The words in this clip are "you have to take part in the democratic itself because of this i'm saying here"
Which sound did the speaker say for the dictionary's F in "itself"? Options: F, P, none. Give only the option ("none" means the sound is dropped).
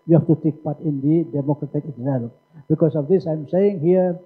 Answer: P